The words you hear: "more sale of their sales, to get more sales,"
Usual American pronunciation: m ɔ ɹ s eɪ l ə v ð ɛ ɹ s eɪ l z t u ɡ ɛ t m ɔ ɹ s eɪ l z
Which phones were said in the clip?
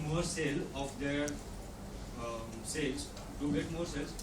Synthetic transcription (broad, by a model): m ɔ ɹ s eɪ l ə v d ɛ ɹ s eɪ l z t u ɡ ɛ t m ɔ ɹ s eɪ l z